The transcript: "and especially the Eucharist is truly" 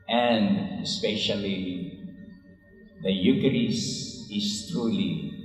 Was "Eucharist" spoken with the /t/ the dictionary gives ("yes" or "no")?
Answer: no